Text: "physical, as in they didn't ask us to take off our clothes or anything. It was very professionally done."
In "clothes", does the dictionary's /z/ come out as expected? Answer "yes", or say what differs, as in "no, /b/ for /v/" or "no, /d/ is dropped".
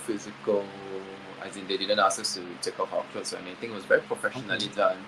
no, /s/ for /z/